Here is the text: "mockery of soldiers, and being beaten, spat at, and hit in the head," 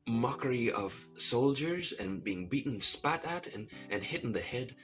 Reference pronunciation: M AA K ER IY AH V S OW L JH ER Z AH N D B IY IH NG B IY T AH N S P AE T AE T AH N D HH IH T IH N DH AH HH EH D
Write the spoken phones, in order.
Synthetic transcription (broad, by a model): M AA K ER IY AH V S OW L JH ER Z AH N B IY IH NG B IY T N S P AE T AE T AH N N HH IH T N DH AH HH EH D